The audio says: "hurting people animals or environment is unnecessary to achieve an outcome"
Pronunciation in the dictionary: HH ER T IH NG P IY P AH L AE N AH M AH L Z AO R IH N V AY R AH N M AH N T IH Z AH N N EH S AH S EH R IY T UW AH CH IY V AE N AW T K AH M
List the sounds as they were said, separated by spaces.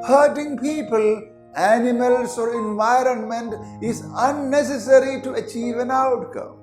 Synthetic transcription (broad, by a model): HH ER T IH NG P IY P AH L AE N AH M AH L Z AO R IH N V AY R AH N M AH N T IH Z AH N N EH S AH S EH R IY T UW AH CH IY V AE N AW T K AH M